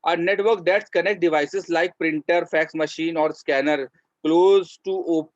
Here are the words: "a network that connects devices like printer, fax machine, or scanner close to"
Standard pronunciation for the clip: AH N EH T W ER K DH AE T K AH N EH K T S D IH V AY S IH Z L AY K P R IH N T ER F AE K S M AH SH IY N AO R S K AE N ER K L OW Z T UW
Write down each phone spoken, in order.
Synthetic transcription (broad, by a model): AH N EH T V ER K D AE T K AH N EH K T D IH V AY S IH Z L AY K P R IH N T ER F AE K S M AH SH IY N AO R S K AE N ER K L OW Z T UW